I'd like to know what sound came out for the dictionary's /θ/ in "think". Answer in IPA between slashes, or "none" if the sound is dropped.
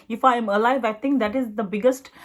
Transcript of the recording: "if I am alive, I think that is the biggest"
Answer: /t/